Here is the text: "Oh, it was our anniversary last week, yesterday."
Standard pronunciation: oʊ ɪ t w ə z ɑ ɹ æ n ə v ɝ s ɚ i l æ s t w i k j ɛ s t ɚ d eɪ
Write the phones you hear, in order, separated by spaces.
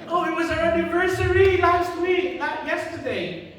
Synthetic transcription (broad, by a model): oʊ ɪ t w ə z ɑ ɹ æ n ə v ɝ s ɚ i l æ s t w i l j ɛ s t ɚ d eɪ